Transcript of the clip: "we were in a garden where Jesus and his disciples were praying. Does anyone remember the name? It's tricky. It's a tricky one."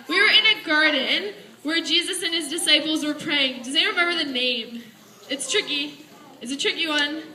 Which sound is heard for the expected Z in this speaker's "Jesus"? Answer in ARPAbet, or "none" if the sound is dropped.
Z